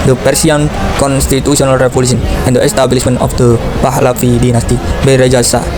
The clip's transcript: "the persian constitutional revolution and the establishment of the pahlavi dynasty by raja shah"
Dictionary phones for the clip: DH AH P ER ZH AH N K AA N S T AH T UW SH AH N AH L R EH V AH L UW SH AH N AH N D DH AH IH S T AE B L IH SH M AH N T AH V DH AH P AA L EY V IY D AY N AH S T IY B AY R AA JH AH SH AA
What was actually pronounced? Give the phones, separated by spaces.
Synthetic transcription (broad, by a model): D AH P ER S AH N K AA N S T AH T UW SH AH N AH L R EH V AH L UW S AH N AH N D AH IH S T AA B L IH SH M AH N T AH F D AH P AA L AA F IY D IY N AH S T IY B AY R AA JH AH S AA